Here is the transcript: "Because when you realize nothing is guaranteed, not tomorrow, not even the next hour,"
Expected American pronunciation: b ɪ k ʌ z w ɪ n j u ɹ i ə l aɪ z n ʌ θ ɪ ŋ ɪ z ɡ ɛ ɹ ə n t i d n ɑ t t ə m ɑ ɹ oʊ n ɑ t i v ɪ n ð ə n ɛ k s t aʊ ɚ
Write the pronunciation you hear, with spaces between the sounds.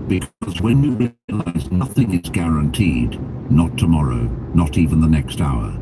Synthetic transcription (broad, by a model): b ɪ k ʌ z w ɪ n j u ɹ i ə l aɪ z n ʌ θ ɪ ŋ ɪ z ɡ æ ɹ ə n t i d n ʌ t t ə m ɑ ɹ oʊ n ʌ t i v ɪ n ð ə n ɛ k s t aʊ ɚ